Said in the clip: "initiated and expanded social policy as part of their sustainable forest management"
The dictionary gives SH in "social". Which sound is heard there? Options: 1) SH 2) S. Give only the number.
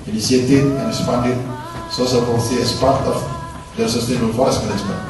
2